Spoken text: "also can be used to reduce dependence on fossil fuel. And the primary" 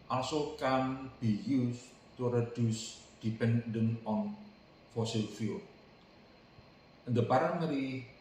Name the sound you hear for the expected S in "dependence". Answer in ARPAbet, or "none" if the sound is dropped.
none